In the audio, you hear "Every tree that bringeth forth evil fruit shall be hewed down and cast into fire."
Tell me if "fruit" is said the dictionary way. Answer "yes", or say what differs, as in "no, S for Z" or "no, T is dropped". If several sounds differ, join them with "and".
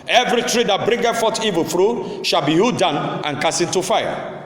yes